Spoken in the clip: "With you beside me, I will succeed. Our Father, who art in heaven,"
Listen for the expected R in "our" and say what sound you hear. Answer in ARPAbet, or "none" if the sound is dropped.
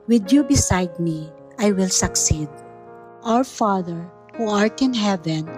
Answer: W